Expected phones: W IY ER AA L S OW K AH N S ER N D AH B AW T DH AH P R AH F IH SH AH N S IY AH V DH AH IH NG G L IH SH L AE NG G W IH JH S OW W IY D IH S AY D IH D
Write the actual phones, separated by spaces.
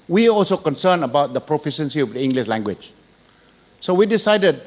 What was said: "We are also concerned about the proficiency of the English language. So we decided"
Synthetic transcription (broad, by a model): W IY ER AA L S OW K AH N S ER N AH B AW T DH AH P R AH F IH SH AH N S IY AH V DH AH IH NG G L IH SH L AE NG G W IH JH S OW W IY D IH S AY D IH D